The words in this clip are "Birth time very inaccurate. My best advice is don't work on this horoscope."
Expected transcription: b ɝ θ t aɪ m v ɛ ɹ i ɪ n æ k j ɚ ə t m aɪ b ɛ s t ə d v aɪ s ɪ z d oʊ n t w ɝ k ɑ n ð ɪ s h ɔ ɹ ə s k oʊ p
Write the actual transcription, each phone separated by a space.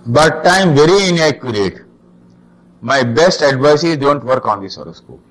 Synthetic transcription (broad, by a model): b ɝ t aɪ m v ɛ ɹ i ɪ n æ k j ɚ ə t m aɪ b ɛ s t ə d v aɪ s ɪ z d oʊ n t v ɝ k ɑ n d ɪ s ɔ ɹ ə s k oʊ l